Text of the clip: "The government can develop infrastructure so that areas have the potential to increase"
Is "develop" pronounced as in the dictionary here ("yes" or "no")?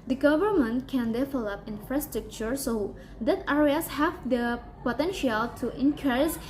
no